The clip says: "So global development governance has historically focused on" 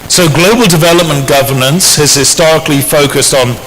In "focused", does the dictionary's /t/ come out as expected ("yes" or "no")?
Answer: yes